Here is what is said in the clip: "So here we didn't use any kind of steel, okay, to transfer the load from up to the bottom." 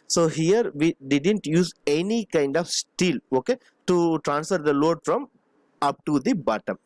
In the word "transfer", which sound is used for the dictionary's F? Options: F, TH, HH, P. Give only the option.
F